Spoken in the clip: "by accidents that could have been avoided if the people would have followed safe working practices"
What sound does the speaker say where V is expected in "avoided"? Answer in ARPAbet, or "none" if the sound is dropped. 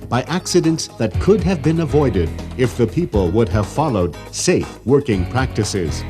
V